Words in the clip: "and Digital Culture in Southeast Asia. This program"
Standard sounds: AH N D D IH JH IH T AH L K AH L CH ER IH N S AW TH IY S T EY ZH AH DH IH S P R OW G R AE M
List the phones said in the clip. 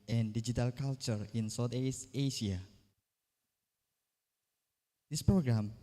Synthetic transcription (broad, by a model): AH N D D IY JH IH T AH L K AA L CH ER IH N S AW T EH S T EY SH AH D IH S P R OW G R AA M